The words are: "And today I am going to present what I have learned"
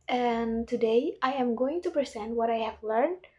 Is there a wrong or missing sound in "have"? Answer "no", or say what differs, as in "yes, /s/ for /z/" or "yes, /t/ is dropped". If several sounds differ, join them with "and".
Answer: no